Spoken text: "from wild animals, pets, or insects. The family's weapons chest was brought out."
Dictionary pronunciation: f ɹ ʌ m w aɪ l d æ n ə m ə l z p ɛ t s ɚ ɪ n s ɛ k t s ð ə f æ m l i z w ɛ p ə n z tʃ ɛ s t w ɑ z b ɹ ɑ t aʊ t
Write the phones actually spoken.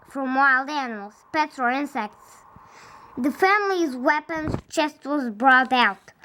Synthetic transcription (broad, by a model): f ɹ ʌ m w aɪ l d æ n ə m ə l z p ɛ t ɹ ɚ ɪ n s ɛ k t s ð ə f æ m l i z w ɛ p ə n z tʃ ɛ s t w ɑ z b ɹ ɑ t aʊ t